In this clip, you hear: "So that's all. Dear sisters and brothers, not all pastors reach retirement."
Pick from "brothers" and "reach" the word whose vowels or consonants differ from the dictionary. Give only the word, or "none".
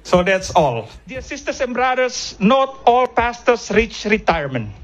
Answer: brothers